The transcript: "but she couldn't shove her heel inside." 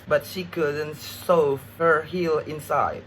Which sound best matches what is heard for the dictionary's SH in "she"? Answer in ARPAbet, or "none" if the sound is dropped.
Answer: SH